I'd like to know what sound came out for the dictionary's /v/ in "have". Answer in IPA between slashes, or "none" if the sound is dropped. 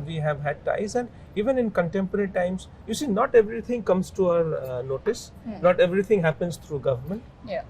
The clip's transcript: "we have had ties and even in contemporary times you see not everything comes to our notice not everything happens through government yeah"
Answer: /v/